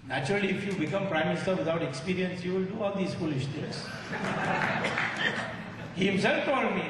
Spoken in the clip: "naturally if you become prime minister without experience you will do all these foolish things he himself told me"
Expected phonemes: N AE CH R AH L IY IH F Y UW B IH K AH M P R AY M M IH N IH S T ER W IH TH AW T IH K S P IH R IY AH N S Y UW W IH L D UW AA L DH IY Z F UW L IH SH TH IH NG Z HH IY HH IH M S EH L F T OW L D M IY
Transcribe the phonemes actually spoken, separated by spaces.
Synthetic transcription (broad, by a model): N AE CH R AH L IY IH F Y UW B IH K AH M P R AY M M IH N IH S T ER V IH T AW T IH K S P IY R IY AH N S Y UW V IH L D UW AA L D IY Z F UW L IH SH T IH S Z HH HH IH M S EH L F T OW D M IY